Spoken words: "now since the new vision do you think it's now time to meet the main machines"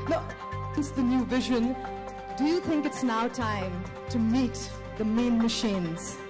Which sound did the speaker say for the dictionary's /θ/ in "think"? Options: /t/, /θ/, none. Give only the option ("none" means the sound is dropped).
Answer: /θ/